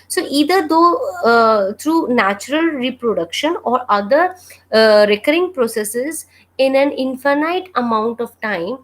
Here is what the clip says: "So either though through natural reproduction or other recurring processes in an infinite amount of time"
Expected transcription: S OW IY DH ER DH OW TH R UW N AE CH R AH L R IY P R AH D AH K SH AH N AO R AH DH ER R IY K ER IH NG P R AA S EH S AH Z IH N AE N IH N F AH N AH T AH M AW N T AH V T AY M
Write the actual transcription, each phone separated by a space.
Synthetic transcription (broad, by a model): S OW IY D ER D OW T R UW N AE CH R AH L R IY P R AH D AH K SH AH N AO R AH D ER R IY K ER IH NG P R AA S EH S AH Z IH N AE N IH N F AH N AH T AH M AW N T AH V T AY M